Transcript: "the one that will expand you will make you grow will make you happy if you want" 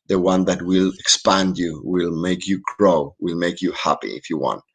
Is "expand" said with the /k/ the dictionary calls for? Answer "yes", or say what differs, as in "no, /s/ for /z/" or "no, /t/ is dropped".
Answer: yes